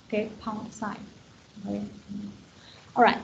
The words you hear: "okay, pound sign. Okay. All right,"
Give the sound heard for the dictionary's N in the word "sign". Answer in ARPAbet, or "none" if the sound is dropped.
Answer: none